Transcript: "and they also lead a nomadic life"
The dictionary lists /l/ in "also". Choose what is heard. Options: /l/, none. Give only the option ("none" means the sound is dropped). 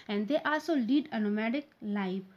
none